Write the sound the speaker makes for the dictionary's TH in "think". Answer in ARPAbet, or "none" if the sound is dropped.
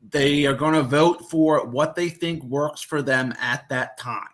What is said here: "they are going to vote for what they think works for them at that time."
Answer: TH